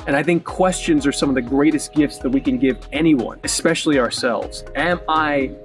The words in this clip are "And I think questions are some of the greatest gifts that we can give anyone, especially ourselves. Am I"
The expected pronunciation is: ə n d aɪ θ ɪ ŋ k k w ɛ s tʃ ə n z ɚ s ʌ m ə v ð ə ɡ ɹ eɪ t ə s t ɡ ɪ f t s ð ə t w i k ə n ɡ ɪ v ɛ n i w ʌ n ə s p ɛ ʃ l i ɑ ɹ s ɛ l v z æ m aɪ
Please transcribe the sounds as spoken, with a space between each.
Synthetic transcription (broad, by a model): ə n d aɪ θ ɪ ŋ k k w ɛ s tʃ ə n z ɚ s ʌ m ə v ð ə ɡ ɹ eɪ t ə s t ɡ ɪ f t s ð ə t w i k ə n ɡ ɪ v ɛ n i w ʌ n ə s p ɛ ʃ l i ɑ ɹ s ɛ l v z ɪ m aɪ